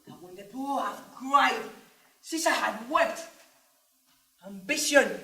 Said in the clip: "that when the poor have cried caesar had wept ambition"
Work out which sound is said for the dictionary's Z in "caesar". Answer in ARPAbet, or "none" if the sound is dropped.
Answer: S